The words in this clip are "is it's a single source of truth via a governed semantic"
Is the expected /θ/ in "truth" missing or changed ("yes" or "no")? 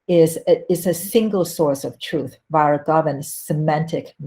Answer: no